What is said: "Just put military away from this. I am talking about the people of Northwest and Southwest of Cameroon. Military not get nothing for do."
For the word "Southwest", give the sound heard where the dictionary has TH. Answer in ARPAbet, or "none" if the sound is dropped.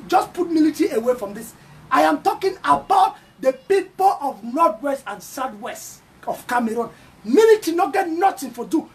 T